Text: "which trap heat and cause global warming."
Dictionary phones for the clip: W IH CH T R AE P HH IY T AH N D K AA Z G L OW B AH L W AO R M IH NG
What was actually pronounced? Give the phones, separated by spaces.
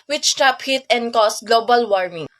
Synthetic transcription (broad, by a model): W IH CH T R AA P HH IY T AH N D K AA S G L OW B AH L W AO R M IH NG